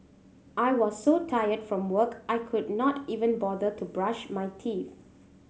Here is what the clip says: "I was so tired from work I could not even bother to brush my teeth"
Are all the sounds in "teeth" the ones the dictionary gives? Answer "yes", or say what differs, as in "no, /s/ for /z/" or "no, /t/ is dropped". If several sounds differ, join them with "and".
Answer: no, /f/ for /θ/